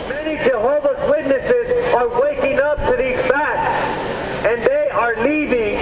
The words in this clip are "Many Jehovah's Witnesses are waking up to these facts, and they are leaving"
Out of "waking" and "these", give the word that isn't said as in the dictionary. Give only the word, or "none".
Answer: none